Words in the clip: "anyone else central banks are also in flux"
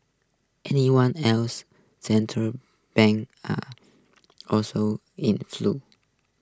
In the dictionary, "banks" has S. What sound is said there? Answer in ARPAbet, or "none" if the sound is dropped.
none